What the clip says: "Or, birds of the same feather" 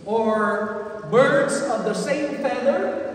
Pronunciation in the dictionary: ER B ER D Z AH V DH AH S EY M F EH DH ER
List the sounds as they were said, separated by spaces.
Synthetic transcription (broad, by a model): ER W ER D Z AH V DH AH S EY M F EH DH ER